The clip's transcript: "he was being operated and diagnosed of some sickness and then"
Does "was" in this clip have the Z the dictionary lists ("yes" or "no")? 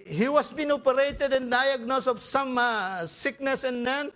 no